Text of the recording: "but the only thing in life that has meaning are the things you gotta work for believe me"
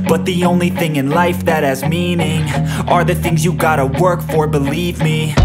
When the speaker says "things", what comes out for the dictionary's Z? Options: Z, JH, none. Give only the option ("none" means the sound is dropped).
Z